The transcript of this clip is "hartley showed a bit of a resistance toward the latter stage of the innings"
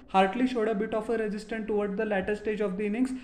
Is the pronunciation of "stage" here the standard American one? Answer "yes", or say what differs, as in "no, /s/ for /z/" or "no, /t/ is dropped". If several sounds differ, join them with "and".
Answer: yes